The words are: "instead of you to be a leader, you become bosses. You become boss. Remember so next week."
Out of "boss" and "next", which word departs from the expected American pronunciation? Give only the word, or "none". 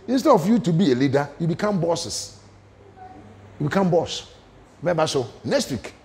next